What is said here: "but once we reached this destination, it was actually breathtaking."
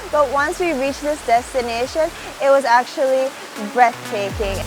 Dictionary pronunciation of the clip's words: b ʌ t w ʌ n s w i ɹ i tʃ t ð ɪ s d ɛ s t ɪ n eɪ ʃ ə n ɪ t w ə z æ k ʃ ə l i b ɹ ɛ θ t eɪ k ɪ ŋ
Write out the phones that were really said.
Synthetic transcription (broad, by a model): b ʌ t w ʌ n s w i ɹ i tʃ ð ɪ s d ɛ s t ɪ n eɪ ʃ ə n ɪ t w ə z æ k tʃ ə l i b ɹ ɛ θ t eɪ k ɪ ŋ